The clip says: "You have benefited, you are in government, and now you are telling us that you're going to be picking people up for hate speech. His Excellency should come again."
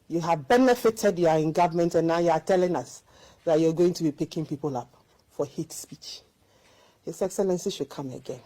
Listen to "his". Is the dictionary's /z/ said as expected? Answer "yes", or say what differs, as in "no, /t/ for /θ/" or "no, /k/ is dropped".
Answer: no, /s/ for /z/